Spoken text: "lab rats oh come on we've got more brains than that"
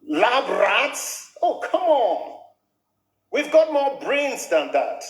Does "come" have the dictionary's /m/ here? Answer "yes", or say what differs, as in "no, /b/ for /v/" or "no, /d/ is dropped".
yes